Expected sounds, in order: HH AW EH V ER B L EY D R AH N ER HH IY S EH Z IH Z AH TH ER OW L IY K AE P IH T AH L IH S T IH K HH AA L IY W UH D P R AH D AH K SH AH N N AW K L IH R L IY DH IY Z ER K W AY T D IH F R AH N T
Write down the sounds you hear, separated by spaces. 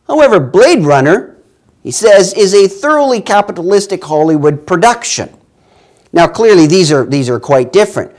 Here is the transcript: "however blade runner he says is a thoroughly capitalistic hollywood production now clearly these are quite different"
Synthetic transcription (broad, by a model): HH AW EH V ER B L EY D R AH N ER HH IY S EH Z IH Z AH TH ER OW L IY K AE P IH T AH L IH S T IH K HH AA L IY W UH D P R AH D AH K SH AH N N AW K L IH R L IY DH IY Z ER K W AY T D IH F R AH N T